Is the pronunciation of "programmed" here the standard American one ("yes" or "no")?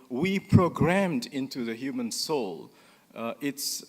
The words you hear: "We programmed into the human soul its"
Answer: yes